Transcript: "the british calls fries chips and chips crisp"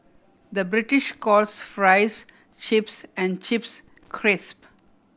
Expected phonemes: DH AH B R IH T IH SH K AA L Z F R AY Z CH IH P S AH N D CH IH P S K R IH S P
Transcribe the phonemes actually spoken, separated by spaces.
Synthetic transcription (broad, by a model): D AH B R IH T IH SH K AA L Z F R AY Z CH IH P S AH N D CH IH P S K R IH S P